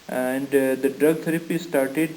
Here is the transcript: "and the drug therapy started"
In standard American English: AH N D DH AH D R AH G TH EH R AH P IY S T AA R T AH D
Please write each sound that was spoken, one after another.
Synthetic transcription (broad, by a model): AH N D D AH D R AH G T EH R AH P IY S T AA R T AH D